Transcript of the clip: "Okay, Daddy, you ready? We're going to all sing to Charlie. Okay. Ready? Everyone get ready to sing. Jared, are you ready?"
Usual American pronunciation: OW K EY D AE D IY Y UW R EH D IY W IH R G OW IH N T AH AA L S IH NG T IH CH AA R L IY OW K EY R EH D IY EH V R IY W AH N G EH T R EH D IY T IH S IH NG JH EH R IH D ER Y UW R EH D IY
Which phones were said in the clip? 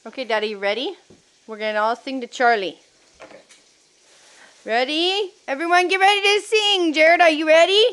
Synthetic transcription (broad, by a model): OW K EY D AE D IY Y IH R EH D IY W IH R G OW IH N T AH AA L S IH NG T IH CH AA R L IY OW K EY R EH D IY EH V R IY W AH N G EH T R EH D IY T IH S IH NG JH EH R IH D ER Y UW R EH D IY